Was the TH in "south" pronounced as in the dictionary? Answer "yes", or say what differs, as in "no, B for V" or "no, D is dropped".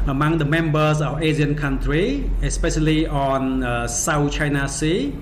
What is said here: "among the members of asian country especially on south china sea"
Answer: no, T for TH